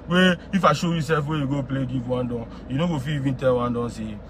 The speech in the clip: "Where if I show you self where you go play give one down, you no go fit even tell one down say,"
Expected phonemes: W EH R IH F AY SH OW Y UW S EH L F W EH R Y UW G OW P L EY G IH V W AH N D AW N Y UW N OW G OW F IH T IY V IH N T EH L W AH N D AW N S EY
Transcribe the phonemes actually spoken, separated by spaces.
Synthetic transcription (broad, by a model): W EH IH F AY SH OW Y UW S EH L F W EH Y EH G OW P L EY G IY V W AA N D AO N Y UW N OW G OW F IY IY V IH N T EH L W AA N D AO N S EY